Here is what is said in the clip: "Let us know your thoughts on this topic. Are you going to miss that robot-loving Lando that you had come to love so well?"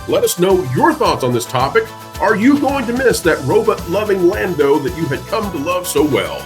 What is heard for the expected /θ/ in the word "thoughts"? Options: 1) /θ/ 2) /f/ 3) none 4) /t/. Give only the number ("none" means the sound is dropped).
1